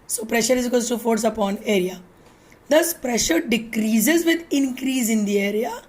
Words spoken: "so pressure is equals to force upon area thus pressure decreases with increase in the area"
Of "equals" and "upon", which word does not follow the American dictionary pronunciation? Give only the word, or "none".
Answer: equals